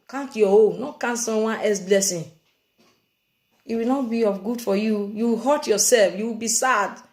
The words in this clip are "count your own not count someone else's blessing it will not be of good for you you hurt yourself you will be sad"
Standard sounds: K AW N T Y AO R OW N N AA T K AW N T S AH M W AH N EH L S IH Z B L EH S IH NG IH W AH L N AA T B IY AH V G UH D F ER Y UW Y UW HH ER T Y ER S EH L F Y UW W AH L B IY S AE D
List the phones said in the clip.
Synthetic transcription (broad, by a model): K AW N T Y AO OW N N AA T K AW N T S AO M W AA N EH S B L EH S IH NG IH W AH L N AA T B IY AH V G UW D F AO Y UW Y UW HH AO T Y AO S EH L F Y UW W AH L B IY S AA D